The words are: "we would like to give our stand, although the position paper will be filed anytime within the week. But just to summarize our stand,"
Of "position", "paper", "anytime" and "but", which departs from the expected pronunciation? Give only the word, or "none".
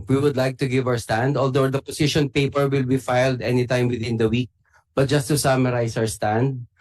position